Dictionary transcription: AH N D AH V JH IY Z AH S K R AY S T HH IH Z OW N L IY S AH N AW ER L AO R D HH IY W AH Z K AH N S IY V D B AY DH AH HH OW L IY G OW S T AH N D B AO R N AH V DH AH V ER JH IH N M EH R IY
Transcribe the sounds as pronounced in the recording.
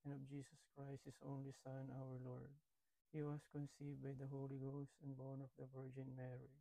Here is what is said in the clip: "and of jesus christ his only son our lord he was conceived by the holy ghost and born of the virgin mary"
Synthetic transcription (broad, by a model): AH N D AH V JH IY S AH S K R AY S T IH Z OW N L IY S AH N AW ER L AO R D HH IY W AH S K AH N S IY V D B AY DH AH HH OW L IY G OW S T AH N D B AO R N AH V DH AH V ER JH IH N M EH R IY